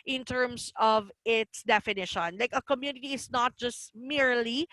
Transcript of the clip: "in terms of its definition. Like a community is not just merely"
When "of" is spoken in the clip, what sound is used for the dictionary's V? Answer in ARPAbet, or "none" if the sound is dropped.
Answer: V